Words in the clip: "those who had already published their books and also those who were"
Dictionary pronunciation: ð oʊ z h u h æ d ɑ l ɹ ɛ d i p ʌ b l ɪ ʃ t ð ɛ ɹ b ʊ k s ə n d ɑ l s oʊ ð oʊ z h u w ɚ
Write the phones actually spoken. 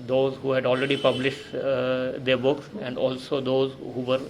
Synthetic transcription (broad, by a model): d oʊ z h u h æ d ɑ l ɹ ɛ d i p ʌ b l ɪ ʃ t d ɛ ɹ b ʊ k s ə n d ɑ l s oʊ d oʊ z h u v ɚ